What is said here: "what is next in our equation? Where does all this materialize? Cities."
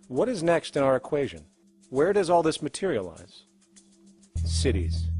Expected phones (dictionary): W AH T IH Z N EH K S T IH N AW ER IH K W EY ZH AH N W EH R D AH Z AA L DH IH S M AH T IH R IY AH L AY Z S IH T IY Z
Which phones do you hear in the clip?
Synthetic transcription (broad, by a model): W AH T IH Z N EH K S T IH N AW ER IH K W EY ZH AH N W EH R D AH Z AA L DH IH S M AH T IH R IY AH L AY Z S IH T IY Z